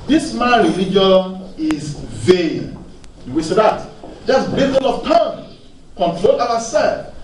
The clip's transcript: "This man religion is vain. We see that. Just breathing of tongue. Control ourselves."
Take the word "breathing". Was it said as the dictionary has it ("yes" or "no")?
no